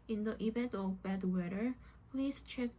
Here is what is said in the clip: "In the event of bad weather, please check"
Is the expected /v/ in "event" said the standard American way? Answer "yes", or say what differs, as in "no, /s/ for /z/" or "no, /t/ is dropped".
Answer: no, /b/ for /v/